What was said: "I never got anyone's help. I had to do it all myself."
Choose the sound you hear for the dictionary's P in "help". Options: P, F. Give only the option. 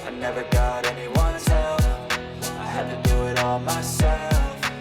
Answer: F